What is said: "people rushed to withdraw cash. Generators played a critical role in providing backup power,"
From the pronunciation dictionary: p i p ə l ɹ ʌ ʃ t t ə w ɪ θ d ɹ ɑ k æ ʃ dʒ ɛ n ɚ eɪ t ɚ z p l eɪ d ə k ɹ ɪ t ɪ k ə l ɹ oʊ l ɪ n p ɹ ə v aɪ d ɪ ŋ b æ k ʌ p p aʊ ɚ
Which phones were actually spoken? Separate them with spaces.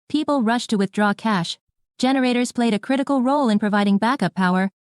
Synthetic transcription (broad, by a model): p i p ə l ɹ ʌ ʃ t t ə w ɪ θ d ɹ ɑ k æ ʃ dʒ ɛ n ɚ eɪ t ɚ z p l eɪ d ə k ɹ ɪ t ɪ k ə l ɹ oʊ l ɪ n p ɹ ə v aɪ d ɪ ŋ b æ k ʌ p p aʊ ɚ